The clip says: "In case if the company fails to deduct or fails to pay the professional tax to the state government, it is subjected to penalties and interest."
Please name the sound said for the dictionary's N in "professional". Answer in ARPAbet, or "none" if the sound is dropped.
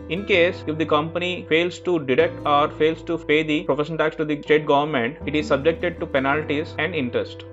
none